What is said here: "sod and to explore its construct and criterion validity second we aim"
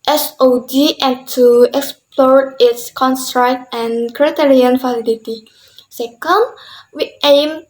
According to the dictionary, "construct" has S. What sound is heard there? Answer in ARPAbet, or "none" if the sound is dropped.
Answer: S